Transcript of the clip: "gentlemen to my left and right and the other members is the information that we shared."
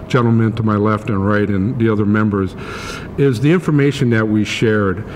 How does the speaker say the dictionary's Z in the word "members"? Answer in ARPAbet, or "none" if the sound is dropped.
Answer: Z